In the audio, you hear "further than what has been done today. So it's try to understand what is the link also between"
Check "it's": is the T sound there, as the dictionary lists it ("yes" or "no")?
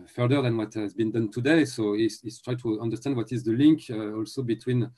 no